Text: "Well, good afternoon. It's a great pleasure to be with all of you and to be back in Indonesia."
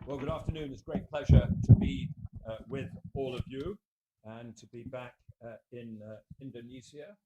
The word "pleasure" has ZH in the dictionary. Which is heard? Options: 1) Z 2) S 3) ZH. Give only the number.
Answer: 3